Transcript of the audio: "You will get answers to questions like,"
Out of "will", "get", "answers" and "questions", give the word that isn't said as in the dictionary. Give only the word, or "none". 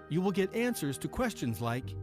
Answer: none